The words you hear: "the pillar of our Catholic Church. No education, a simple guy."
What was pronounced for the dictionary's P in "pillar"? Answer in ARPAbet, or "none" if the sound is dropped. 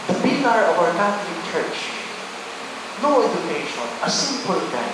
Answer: B